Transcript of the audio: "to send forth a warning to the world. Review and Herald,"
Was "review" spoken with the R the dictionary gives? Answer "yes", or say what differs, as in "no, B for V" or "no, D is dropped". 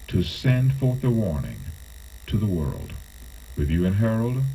no, W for R